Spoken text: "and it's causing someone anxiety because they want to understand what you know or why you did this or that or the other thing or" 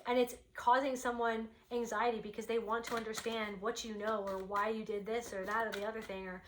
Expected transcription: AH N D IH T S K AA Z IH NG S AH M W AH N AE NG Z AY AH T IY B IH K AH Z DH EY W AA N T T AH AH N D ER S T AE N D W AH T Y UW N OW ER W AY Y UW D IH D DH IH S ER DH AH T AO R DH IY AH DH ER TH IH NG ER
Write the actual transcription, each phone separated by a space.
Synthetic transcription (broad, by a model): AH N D IH T S K AA Z IH NG S AH M W AH N AE NG Z AY AH T IY B IH K AH Z DH EY W AA N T T AH AH N D ER S T AE N D W AH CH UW N OW ER W AY Y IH D IH D DH IH S ER DH AH T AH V DH IY AH DH ER TH IH NG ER